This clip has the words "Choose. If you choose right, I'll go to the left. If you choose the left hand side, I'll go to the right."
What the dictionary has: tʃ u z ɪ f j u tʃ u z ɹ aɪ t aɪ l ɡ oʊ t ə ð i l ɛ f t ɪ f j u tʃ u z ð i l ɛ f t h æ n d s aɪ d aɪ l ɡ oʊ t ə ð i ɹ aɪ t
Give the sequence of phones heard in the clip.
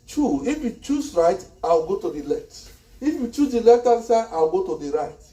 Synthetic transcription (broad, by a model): tʃ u ɪ f j u tʃ u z ɹ aɪ t aɪ w ɡ oʊ t ə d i l ɛ f t ɪ f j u tʃ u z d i l ɛ f t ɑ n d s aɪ aɪ w ɡ oʊ t ə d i ɹ aɪ t